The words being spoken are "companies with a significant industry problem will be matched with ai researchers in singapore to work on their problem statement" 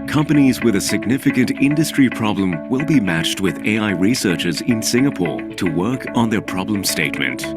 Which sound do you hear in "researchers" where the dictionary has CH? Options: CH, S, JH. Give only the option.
CH